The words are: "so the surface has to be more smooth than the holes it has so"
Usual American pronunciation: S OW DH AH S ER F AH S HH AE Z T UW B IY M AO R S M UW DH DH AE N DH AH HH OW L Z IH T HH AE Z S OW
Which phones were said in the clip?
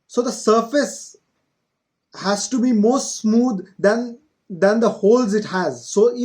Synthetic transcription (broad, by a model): S OW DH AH S ER F AH S HH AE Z T UW B IY M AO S S M UW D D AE N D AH HH OW L Z IH T HH AE Z S OW